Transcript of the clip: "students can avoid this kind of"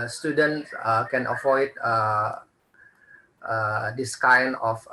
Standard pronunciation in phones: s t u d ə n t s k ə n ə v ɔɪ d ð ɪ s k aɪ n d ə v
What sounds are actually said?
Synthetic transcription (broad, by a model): s t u d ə n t s k ə n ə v ɔɪ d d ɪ s k aɪ n ə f